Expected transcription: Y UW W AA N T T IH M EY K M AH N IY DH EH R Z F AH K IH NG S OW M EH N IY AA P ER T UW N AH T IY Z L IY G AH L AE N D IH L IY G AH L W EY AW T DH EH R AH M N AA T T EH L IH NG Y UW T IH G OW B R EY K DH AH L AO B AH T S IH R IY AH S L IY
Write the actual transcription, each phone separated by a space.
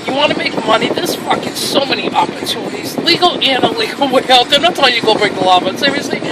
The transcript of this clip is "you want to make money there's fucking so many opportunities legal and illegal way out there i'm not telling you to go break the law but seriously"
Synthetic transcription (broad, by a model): Y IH W AA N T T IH M EY K M AH N IY DH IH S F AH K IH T S OW M EH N IY AA P ER T UW N AH T IY Z L IY G L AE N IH L IY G L W EY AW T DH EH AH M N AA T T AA IH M Y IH G OW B R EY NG DH AH L AO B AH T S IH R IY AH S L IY